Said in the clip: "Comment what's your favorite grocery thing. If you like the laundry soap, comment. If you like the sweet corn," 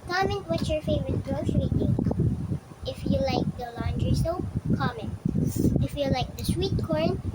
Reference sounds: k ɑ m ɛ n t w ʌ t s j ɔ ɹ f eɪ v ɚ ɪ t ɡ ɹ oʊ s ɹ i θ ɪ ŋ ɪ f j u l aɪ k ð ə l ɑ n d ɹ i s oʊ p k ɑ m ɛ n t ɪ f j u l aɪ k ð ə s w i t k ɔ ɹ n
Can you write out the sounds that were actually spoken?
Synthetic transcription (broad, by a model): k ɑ m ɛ n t w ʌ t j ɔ ɹ f eɪ v ɚ ɪ t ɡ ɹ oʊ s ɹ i t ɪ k ɪ f j u l aɪ k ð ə l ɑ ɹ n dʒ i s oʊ k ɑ m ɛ n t ɪ f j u l aɪ k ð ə s w i t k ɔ ɹ n